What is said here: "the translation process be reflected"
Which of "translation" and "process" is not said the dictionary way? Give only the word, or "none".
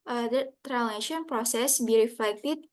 translation